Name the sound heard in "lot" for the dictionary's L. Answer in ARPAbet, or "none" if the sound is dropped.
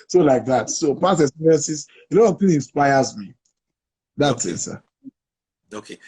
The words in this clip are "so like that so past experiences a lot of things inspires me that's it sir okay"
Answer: L